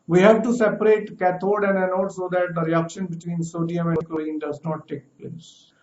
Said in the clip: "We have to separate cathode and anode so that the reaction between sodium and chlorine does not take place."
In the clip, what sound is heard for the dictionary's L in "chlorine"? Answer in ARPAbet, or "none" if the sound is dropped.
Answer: none